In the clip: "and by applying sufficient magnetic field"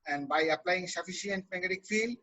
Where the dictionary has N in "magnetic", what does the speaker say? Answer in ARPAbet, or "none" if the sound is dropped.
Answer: none